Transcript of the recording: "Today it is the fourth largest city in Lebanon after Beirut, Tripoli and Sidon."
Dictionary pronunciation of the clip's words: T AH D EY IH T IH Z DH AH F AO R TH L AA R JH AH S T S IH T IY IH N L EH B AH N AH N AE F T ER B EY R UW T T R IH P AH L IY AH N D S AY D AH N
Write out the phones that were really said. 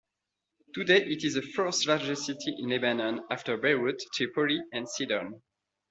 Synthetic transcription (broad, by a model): T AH D EY IH T IH Z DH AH F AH R T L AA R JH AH S T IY T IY IH N L EH B AH N AH N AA F T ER B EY W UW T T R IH P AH L IY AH N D S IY D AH N